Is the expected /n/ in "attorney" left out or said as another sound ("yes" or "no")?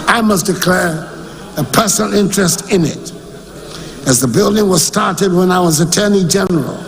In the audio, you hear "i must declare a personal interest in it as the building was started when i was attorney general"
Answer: no